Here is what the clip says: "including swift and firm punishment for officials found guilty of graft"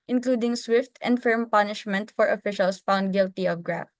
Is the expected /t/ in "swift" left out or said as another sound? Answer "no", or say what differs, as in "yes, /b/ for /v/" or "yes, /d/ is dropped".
no